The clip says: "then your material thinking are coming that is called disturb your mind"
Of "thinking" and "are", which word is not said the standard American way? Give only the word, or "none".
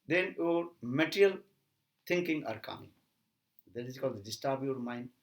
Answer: thinking